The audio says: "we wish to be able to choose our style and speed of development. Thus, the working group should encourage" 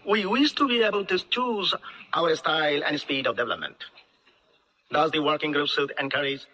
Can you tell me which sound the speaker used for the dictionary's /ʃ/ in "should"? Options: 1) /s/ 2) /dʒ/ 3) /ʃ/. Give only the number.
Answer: 1